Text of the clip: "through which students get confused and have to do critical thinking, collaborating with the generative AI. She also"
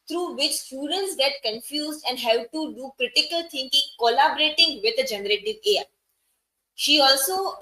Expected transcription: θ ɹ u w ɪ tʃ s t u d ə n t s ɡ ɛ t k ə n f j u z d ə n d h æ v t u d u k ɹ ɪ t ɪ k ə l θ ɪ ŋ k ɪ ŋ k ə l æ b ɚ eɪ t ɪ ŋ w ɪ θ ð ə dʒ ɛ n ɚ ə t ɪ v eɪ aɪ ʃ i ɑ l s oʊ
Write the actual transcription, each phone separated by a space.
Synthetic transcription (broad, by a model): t ɹ u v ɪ tʃ s t u d ə n t s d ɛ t k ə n f j u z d ə n d h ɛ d t u d u k ɹ ɪ t ɪ k ə l t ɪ ŋ k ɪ ŋ k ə l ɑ b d eɪ t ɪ ŋ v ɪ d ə dʒ ɛ n ɚ ə t ɪ v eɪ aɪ ʃ i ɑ l s oʊ